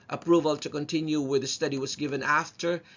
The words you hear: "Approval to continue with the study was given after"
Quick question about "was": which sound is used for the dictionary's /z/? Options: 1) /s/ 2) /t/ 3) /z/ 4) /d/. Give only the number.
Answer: 3